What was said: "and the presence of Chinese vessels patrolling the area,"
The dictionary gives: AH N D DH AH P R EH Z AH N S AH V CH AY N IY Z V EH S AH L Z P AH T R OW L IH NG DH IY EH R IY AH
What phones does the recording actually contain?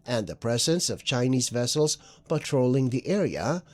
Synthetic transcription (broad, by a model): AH N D DH AH P R EH Z AH N S AH V CH AY N IY Z V EH S L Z P AH T R OW L IH NG DH IY EH R IY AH